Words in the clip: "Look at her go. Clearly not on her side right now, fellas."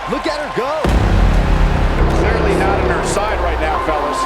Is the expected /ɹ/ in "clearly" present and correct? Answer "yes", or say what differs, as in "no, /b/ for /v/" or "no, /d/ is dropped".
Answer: yes